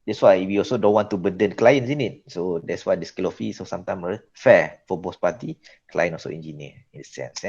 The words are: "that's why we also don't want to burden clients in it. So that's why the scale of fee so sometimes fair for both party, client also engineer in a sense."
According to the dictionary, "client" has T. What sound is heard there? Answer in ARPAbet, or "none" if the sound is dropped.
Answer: none